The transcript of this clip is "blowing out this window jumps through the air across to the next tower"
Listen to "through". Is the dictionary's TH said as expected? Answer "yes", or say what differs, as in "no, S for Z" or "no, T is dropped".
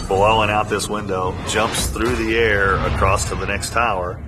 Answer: yes